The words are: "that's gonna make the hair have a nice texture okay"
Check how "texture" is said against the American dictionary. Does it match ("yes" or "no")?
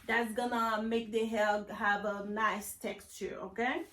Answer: yes